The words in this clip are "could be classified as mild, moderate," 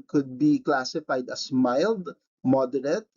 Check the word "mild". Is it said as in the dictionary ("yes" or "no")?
yes